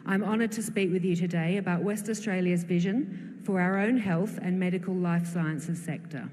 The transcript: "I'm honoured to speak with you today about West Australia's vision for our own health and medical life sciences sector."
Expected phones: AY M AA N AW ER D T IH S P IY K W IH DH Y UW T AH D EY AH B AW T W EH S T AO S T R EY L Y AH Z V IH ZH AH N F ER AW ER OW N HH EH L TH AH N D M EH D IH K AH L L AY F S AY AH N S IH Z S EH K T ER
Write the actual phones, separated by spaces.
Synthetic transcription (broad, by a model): AY M AA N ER D T IH S P IY K W IH DH Y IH T AH D EY AH B AW T W EH S T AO S T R EY L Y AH Z V IH ZH AH N F ER AW ER OW N HH EH L TH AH N M EH D IH K AH L L AY F S AY AH N S IH Z S EH K T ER